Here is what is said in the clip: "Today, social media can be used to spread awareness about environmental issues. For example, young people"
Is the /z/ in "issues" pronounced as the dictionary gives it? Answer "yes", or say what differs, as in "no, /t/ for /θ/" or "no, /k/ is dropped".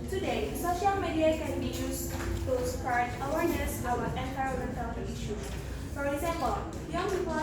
no, /z/ is dropped